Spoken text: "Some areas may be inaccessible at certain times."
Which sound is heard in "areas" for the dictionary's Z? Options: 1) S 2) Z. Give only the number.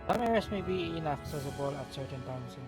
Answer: 1